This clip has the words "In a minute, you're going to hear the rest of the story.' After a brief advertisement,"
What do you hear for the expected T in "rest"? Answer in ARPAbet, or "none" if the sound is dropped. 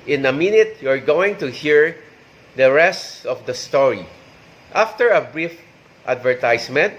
T